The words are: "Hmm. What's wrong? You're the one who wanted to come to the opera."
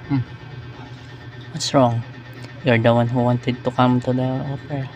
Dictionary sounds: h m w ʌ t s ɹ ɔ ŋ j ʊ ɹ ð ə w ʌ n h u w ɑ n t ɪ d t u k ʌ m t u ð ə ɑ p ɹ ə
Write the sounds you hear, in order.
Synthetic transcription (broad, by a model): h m w ʌ t s ɹ ɔ ŋ j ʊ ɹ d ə w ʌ n h u w ɑ n t ɪ d t u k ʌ m t u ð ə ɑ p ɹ